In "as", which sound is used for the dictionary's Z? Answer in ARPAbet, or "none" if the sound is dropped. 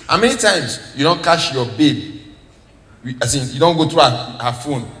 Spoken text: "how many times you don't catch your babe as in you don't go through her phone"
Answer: S